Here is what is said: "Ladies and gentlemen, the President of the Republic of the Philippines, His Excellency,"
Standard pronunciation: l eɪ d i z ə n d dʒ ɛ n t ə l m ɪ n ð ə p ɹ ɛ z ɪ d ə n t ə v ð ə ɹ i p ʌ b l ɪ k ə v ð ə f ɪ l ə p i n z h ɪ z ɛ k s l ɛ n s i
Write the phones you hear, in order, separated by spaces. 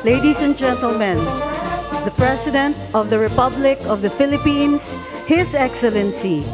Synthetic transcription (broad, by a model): l eɪ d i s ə n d dʒ ɛ n t ə l m ɪ n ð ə p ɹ ɛ s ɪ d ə n t ə v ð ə ɹ i p ʌ b l ɪ k ə v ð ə f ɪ l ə p i n s h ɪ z ɛ k s l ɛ n s i